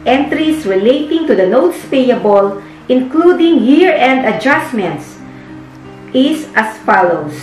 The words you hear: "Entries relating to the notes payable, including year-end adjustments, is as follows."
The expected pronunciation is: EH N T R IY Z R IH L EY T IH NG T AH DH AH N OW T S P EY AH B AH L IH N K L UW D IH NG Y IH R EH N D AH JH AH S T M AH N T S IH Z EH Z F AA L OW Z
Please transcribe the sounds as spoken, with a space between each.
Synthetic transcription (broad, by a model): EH N T R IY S R IH L EY T IH NG T AH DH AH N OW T S P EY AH B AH L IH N K L UW D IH NG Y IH R EH N D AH JH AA S M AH N T S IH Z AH S F AA L OW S